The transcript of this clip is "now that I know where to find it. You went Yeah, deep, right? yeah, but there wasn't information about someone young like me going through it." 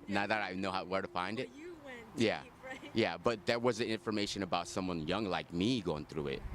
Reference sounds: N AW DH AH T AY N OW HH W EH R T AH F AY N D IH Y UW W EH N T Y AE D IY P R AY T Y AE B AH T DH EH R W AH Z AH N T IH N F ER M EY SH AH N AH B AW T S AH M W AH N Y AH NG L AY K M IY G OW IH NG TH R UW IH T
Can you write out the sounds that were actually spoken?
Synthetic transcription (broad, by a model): N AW DH AH T AY N OW HH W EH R T AH F AY N D IH T Y AE Y AE B AH T DH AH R W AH Z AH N IH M F ER M EY SH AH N AH B AW T S AH M W AH N Y AH NG L AY K M IY G OW IH NG TH R UW IH T